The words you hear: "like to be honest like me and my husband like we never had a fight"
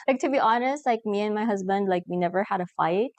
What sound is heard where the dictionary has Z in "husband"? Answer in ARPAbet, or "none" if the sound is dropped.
Z